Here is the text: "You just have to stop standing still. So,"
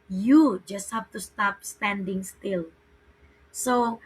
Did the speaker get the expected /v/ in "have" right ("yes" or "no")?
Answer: no